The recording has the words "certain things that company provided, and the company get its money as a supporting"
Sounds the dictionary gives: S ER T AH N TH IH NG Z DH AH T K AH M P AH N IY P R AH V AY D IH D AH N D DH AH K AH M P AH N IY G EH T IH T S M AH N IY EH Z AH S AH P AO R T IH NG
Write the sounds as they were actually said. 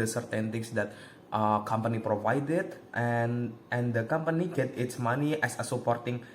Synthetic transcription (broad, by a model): S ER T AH N T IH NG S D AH T K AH M P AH N IY P R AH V AY D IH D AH N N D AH K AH M P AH N IY G EH T IH T S M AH N IY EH S AH S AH P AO R T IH NG